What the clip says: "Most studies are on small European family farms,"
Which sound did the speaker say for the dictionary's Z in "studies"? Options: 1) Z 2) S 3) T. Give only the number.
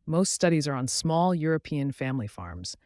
1